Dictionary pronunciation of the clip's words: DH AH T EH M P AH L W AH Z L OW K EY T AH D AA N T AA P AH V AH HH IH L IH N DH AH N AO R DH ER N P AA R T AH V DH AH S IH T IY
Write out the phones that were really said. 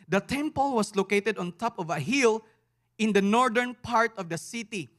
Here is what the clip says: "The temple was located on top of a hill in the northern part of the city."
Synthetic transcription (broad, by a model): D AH T EH M P AH L W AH S L OW K EY T AH D AA N T AA P AH V AH HH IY L IH N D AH N AO R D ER N P AA R T AH V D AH S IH T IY